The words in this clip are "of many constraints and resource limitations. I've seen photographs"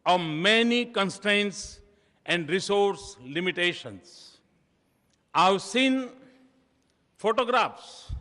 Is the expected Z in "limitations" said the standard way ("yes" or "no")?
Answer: no